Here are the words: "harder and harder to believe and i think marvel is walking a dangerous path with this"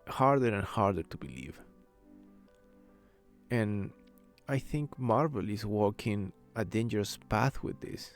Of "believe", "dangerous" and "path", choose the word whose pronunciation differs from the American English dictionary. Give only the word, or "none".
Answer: none